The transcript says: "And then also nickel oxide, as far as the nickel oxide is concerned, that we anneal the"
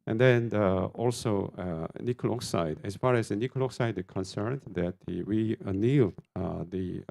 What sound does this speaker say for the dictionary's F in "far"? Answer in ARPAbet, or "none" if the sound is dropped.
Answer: F